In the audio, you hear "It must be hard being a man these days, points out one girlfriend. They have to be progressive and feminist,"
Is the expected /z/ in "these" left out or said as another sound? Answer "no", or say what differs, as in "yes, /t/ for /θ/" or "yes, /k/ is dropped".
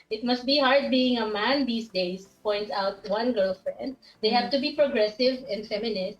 yes, /s/ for /z/